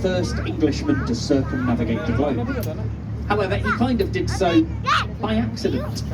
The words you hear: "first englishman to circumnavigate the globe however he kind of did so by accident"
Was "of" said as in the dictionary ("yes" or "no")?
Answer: yes